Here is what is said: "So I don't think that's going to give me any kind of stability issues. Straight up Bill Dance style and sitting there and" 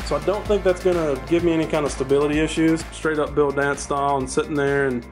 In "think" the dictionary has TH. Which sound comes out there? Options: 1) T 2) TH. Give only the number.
2